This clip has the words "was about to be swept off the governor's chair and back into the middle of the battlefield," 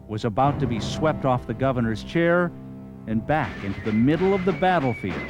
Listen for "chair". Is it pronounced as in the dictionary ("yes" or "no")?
yes